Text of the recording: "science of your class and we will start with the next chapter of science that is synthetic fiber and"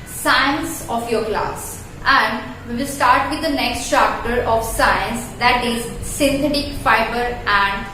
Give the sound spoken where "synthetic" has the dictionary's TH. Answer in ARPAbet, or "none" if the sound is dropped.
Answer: T